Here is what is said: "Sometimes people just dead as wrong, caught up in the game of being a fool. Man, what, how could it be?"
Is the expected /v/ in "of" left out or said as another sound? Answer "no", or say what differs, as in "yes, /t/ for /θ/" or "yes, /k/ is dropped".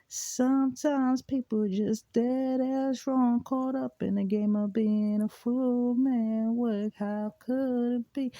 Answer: no